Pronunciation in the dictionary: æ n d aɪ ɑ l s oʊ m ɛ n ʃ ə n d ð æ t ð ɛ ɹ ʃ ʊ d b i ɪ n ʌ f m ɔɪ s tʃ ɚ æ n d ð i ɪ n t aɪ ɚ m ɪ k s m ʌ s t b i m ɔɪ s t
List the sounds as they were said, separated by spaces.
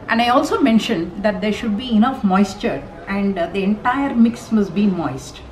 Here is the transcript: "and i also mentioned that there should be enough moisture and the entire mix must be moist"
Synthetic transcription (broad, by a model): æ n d aɪ ɑ l s oʊ m ɛ n ʃ ə n d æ t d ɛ ɹ ʃ ʊ d b i ɪ n ʌ f m ɔɪ s tʃ ɚ æ n d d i ɪ n t aɪ ɚ m ɪ k s m ʌ s t b i m ɔɪ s t